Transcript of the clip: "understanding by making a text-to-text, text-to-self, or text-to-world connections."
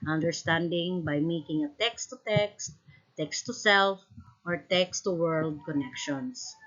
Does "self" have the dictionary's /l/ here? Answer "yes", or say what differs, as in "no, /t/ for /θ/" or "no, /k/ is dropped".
yes